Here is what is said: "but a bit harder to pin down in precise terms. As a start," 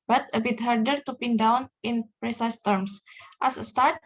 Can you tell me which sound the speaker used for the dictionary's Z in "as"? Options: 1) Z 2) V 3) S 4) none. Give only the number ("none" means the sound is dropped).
3